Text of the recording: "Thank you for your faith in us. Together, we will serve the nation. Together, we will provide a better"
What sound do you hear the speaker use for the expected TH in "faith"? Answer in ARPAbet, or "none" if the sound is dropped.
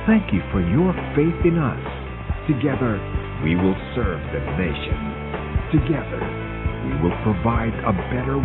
TH